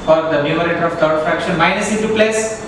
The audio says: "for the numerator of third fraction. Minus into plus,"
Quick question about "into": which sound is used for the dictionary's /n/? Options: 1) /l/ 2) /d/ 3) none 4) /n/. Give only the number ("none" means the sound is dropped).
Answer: 3